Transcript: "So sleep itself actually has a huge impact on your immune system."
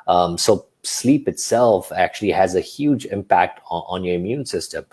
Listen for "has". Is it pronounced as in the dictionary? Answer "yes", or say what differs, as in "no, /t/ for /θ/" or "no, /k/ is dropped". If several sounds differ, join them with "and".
yes